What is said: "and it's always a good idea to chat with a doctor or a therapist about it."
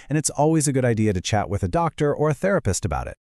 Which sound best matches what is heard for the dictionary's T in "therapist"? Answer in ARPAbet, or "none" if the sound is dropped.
T